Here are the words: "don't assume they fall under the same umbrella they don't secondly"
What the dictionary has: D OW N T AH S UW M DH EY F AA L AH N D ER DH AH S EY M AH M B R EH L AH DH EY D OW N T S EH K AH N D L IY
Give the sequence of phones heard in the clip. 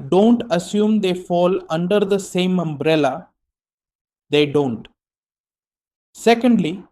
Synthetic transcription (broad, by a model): D OW N T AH S UW M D EY F AA L AH N D ER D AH S EY M AH M B R EH L AH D EY D OW N T S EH K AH N D L IY